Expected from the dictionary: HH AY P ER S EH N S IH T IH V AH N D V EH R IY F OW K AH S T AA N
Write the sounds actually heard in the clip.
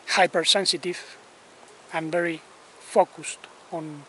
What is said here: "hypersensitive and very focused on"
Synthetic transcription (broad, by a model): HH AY P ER S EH N S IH T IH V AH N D V EH R IY F OW K AH S T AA N